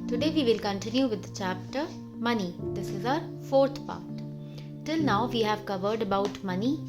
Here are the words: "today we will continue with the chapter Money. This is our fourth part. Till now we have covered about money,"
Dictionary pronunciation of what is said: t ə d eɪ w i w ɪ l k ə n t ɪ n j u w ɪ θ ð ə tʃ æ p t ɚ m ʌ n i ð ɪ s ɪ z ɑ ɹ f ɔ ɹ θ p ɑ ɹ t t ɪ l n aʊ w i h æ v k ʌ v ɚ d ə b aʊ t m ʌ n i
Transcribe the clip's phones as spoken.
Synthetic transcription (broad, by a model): t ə d eɪ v i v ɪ l k ə n t ɪ n j u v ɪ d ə tʃ æ p t ɚ m ʌ n i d ɪ s ɪ z ɑ ɹ f ɔ ɹ t p ɑ ɹ t t ɪ l n aʊ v i h æ v k ʌ v ɚ d ə b aʊ t m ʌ n i